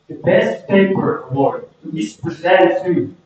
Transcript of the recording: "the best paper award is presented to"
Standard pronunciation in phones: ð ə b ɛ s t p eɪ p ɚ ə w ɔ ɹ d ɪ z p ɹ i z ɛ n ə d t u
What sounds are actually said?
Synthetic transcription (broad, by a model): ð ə b ɛ s t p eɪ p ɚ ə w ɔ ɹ ɪ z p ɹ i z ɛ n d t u